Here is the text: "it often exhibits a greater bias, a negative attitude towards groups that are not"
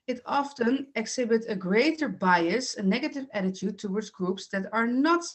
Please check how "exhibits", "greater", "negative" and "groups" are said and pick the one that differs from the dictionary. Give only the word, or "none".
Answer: exhibits